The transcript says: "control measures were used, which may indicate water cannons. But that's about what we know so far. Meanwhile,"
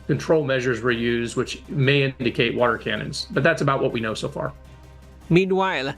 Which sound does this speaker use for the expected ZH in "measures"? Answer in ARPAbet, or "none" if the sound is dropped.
ZH